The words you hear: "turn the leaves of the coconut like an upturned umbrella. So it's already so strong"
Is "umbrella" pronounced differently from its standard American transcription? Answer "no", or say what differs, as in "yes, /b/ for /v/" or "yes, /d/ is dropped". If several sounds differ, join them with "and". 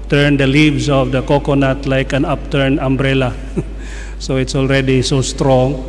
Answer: no